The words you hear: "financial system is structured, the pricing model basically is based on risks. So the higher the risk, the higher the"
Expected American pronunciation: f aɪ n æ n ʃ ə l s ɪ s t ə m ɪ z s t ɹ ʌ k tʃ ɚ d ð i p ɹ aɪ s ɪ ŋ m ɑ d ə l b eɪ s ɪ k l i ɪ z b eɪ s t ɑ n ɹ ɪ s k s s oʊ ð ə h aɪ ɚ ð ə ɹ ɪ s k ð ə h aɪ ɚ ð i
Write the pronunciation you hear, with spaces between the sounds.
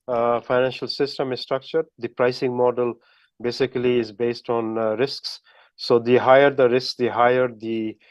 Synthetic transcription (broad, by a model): f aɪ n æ n ʃ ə l s ɪ s t ə m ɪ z s t ɹ ʌ k tʃ ɚ d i p ɹ aɪ s ɪ ŋ m ɑ d ə l b eɪ s ɪ k l i ɪ z b eɪ s t ɑ n ɹ ɪ s k s s oʊ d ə h aɪ ɚ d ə ɹ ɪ s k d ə h aɪ ɚ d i